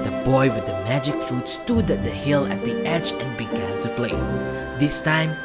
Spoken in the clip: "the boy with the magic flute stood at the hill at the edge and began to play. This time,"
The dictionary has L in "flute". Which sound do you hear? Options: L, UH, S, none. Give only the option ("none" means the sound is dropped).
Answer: none